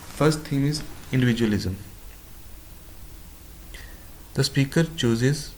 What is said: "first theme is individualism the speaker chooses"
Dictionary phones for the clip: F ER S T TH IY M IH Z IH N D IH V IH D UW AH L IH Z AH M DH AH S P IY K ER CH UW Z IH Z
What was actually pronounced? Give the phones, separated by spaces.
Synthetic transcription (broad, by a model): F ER S T T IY M IH Z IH N D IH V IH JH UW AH L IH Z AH M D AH S P IY K ER CH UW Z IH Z